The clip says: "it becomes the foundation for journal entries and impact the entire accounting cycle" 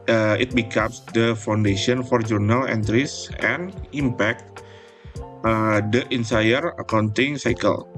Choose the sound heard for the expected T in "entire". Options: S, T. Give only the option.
S